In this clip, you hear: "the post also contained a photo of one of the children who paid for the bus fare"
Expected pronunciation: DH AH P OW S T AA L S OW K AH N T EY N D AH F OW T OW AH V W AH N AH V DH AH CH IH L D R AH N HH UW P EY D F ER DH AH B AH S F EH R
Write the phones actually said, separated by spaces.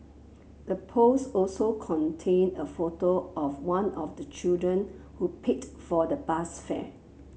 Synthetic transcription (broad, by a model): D AH P OW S AA L S OW K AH N T EY N AH F OW T OW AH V W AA N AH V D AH CH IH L D R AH N HH UW P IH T F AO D AH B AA S F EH